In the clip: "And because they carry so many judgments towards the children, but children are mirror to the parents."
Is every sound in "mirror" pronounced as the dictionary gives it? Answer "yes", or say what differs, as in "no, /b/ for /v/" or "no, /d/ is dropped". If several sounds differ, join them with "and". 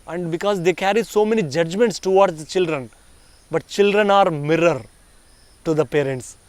yes